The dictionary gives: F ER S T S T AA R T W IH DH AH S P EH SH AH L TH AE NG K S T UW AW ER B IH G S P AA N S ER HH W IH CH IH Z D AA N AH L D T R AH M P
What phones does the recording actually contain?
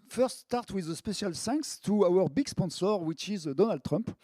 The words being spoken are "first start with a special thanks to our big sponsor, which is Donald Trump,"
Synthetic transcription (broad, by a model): F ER S T S T AA R T W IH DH AH S P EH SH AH L S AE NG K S T UW AW ER B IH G S P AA N S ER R W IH CH IH Z D AA N AH L D T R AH M P